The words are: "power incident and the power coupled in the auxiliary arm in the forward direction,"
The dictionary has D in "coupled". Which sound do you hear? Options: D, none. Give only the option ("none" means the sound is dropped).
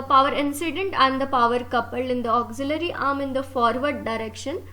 none